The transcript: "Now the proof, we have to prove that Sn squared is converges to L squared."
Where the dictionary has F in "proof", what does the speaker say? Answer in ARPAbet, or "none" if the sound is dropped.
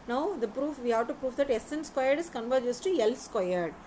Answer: F